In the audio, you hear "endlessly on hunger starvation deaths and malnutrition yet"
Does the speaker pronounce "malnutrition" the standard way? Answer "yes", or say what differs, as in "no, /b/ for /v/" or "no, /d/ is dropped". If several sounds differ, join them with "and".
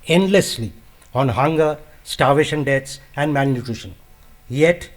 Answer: no, /n/ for /l/